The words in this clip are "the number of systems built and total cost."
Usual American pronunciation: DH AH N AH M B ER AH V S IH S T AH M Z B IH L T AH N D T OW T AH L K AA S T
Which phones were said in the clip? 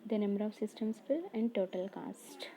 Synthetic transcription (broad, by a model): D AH N AH M B ER AH V S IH S T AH M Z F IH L AH N D T OW T AH L K AA S T